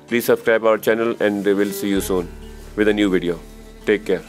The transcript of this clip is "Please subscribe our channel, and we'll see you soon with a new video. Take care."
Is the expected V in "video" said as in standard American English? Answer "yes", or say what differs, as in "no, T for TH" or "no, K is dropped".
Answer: yes